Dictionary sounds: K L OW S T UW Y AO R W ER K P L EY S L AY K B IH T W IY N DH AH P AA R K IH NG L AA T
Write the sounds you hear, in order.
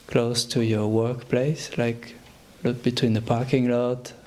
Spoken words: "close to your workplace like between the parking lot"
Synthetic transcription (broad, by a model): K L OW S T UW Y AO R W ER K P L EY S L AY K B IH T W IY N DH AH P AA R K IH NG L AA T